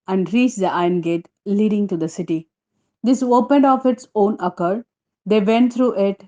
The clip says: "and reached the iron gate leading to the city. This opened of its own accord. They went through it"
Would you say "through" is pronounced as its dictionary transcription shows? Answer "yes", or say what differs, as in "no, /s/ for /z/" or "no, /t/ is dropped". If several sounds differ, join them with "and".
no, /t/ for /θ/